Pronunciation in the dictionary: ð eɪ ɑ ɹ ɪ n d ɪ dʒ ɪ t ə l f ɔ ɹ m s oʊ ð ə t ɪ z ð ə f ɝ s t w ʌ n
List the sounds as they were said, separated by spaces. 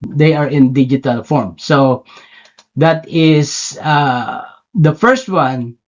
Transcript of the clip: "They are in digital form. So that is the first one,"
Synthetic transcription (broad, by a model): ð eɪ ɑ ɹ ɪ n d ɪ dʒ ɪ t ə l f ɔ ɹ m s oʊ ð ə t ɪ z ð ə f ɝ s t w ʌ n